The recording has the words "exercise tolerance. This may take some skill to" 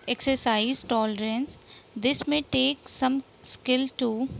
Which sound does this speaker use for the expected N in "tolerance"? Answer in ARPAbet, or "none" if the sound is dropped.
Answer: N